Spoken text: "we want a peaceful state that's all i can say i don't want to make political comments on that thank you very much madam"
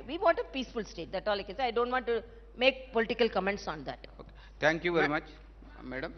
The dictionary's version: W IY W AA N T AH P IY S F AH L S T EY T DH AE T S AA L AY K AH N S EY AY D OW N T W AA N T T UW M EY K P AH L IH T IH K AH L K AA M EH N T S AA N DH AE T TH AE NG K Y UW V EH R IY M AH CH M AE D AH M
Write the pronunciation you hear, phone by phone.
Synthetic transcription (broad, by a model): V IY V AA N T AH P IY S F AH L S T EY T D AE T AA L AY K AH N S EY AY D OW N T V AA N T T UW M EY K P AH L IH T IH K AH L K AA M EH N T S AA N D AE T T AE NG K Y UW V EH R IY M AH CH M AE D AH M